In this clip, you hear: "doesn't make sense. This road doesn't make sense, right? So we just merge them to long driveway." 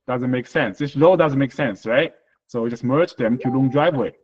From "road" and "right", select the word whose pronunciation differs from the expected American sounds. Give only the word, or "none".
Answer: road